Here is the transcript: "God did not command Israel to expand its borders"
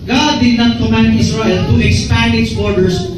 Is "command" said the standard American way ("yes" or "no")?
no